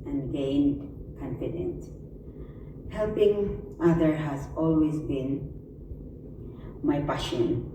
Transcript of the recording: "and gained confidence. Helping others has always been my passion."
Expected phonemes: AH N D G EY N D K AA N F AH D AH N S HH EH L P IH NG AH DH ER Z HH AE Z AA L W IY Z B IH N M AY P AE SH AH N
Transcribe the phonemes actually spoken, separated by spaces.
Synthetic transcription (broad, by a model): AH N G EY N D K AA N F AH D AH N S HH EH L P IH NG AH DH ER HH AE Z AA L W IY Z B IH N M AY P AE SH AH N